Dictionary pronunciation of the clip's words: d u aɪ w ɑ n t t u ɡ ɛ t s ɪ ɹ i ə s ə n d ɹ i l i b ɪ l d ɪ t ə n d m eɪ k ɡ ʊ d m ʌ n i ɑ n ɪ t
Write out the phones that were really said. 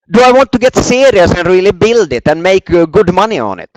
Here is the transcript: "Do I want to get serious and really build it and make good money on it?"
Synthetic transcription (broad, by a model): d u aɪ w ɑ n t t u ɡ ɛ t s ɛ ɹ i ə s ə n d ɹ i l i b ɪ l d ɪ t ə n m eɪ k ɡ ʊ d m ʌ n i ɑ n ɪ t